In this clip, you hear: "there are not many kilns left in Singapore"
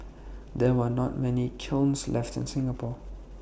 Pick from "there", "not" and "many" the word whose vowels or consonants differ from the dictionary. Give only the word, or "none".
there